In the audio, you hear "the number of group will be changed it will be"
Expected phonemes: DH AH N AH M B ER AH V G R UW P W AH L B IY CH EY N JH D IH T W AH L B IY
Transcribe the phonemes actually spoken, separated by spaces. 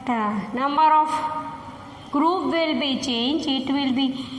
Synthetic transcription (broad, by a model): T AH N AH M B ER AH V G R UW P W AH L B IY CH EY N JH IH T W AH L B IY